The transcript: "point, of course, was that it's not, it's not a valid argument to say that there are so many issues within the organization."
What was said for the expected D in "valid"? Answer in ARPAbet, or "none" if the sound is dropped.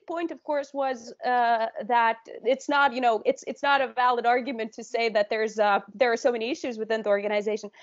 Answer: D